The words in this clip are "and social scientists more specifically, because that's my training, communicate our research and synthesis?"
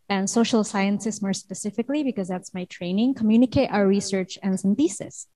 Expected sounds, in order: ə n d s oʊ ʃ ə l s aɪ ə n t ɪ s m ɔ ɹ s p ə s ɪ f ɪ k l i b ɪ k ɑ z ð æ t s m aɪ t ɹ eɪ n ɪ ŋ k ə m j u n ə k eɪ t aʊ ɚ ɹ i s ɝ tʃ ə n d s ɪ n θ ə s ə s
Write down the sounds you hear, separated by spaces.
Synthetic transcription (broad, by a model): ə n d s oʊ ʃ ə l s aɪ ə n s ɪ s m ɔ ɹ s p ə s ɪ f ɪ k l i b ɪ k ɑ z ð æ t s m aɪ t ɹ eɪ n ɪ ŋ k ə m j u n ə k eɪ t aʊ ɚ ɹ i s ɝ tʃ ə n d s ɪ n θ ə s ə s